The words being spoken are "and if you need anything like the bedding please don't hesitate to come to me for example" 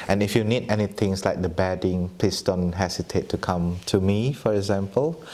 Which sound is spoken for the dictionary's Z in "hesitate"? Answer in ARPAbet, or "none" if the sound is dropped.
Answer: S